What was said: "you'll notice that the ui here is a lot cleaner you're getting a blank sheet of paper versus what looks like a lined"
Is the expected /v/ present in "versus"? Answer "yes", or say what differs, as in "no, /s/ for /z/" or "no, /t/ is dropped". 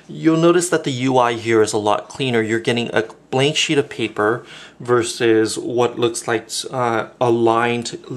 yes